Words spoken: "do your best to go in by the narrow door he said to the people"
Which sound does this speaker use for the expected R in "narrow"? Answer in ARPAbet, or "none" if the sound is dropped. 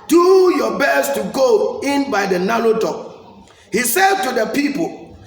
L